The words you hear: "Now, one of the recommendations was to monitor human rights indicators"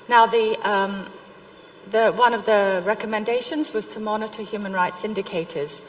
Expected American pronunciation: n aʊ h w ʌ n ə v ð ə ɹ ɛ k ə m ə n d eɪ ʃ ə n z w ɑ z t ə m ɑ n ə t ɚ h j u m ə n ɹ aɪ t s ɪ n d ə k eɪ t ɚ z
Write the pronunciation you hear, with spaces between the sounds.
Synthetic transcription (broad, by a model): n aʊ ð w ʌ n ə v ð ə ɹ ɛ k ə m ə n d eɪ ʃ ə n z w ɑ z t ə m ɑ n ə t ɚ h j u m ə n ɹ aɪ t s ɪ n d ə k eɪ t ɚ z